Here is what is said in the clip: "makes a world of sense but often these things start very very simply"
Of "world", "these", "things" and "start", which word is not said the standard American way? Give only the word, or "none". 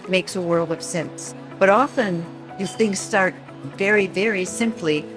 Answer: these